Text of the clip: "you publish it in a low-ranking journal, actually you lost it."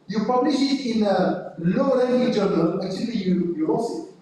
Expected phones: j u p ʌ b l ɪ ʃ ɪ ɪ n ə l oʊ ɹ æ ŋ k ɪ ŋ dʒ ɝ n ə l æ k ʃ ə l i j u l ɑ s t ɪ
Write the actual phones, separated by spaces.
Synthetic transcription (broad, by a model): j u p ʌ b l ɪ ʃ ɪ ɪ n ə l oʊ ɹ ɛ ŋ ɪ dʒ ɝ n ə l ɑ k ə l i j u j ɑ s ɪ